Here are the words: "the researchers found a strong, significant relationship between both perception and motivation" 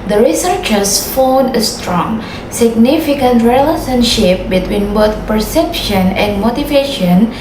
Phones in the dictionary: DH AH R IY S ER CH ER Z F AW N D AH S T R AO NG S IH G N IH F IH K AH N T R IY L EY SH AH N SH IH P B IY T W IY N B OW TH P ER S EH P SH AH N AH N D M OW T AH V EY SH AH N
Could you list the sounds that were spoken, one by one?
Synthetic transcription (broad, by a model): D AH R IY S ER CH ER S F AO N AH S T R AO NG S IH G N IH F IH K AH N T R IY L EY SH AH N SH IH P B IY T W IY N B OW T P ER S EH P SH AH N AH N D M OW T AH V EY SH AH N